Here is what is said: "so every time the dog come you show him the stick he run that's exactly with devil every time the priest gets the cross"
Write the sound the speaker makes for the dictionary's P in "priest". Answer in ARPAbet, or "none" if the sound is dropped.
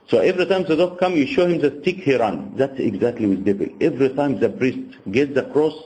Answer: B